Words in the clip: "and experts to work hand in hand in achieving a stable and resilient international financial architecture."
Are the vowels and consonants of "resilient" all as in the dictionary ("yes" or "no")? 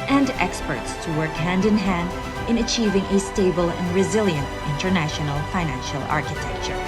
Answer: yes